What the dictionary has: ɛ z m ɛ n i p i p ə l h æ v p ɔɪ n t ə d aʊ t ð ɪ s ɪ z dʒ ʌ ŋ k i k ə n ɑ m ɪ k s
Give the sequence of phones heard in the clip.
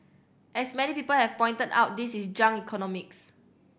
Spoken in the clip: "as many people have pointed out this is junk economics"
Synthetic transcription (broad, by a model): ɛ s m ɛ n i p i p ə l h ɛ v p ɔɪ n t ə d aʊ t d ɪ s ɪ s dʒ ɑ ŋ i k ə n ɑ m ɪ k s